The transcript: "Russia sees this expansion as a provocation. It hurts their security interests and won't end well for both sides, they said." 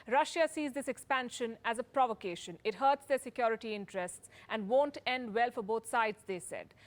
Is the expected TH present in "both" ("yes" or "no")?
no